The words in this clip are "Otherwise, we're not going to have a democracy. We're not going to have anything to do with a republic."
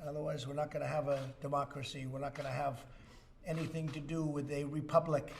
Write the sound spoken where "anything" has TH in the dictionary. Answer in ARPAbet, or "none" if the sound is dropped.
TH